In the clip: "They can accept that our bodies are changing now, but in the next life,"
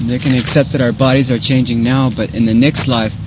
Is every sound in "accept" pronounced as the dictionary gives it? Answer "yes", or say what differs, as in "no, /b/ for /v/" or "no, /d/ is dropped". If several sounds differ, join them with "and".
yes